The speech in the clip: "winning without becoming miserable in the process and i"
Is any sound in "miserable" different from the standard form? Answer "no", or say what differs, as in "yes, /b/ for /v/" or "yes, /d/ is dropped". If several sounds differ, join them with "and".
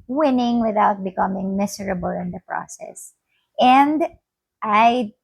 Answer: yes, /s/ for /z/